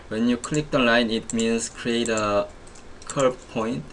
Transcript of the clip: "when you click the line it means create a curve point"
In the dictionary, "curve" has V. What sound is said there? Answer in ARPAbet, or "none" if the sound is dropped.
B